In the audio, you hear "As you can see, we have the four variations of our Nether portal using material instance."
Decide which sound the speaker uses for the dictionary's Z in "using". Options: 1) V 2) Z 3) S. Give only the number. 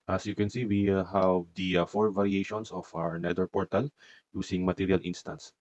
3